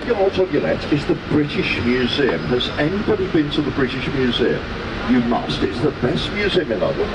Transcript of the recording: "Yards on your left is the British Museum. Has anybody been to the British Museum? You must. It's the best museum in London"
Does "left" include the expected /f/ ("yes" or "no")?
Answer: no